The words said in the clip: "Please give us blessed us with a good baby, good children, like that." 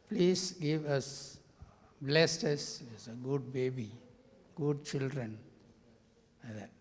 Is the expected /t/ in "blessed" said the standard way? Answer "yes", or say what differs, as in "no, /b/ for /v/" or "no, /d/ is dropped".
yes